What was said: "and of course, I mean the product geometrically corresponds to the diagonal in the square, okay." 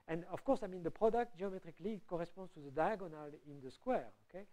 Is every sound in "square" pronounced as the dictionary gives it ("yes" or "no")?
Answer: yes